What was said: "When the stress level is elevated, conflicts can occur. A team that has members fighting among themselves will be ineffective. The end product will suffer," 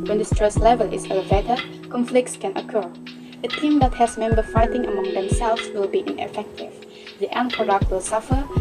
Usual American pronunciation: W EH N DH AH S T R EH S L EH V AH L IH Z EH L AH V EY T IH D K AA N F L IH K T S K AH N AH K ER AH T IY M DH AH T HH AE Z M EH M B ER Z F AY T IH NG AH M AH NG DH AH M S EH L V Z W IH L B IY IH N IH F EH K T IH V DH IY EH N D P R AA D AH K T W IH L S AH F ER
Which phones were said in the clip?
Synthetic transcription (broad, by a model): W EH N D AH S T R EH S L EH V AH L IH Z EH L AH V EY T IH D K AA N F L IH K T S K AH N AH K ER AH T IY M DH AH T HH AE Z M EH M B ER F AY T IH NG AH M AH NG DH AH M S EH L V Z W IH L B IY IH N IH F EH K T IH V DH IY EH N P AA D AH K W IH L S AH F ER